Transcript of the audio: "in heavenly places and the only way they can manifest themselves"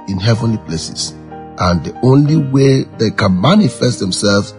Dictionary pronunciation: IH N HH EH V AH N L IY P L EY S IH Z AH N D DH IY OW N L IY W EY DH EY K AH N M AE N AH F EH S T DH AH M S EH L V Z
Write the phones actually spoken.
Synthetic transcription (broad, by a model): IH N HH EH V AH N L IY P L EY S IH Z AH N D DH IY OW N L IY W EY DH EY K AH N M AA N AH F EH S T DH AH M S EH L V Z